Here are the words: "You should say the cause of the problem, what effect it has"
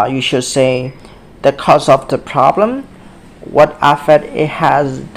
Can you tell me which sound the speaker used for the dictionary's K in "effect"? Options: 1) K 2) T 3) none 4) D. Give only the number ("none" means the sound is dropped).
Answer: 3